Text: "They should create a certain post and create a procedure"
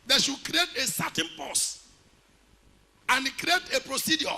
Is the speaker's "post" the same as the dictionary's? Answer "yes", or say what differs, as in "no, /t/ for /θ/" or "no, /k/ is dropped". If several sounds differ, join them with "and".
no, /t/ is dropped